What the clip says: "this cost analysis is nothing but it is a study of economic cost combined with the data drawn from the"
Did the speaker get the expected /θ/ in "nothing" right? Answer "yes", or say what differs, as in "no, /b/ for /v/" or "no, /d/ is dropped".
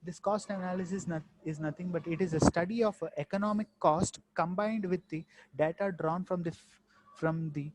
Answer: no, /t/ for /θ/